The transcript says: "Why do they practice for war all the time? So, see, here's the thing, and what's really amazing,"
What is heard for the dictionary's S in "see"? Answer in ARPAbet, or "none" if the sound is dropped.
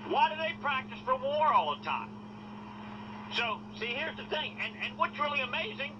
S